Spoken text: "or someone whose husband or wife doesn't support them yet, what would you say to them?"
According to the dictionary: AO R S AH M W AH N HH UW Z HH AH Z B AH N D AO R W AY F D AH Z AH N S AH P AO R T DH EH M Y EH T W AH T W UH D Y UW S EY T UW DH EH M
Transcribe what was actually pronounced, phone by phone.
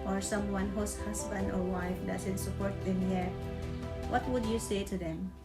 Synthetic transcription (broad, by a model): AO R S AH M W AH N HH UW S HH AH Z B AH N D AO R W AY F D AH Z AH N S AH P AO R T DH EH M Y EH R W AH T W UH D Y UW S EY T UW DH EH M